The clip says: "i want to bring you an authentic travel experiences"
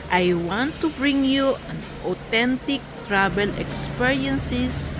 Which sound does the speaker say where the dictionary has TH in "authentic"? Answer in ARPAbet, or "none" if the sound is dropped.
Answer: T